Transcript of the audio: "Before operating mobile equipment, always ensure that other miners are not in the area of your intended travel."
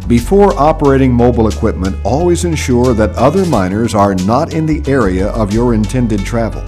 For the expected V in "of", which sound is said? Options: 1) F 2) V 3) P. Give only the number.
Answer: 2